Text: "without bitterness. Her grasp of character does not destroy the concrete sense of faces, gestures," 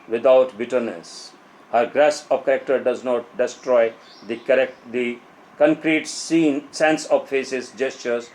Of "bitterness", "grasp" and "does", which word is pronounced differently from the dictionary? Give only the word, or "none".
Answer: grasp